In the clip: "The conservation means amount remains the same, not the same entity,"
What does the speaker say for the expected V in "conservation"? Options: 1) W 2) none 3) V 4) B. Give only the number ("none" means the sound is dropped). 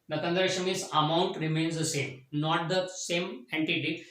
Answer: 2